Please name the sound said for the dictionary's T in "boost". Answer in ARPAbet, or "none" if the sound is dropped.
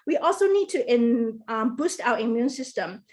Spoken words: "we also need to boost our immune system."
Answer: T